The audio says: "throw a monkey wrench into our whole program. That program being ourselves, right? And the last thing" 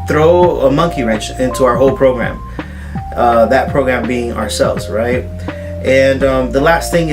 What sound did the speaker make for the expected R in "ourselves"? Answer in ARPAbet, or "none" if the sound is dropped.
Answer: R